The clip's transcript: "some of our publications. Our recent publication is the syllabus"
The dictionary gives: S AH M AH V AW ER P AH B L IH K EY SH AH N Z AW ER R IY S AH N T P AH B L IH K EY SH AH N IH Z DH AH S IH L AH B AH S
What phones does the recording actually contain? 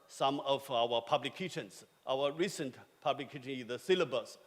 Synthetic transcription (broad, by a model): S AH M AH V AW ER P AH B L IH K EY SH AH N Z AW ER R IY S AH N T P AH B L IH K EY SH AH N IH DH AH S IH L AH B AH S